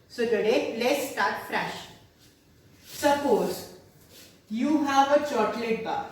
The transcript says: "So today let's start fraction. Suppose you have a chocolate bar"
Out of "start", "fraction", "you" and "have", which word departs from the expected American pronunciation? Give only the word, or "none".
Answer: fraction